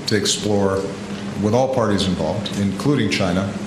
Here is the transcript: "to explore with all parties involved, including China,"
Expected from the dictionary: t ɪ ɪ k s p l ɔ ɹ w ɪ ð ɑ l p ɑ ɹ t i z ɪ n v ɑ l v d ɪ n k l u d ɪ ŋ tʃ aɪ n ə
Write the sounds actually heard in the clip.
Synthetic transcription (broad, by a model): t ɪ ɪ k s p l ɔ ɹ w ɪ ð ɑ l p ɑ ɹ t i z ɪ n v ɑ l v d ɪ n k l u d ɪ ŋ tʃ aɪ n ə